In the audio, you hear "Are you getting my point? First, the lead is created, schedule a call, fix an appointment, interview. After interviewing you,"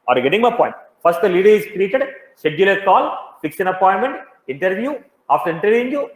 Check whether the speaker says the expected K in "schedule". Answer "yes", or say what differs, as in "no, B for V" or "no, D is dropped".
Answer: no, K is dropped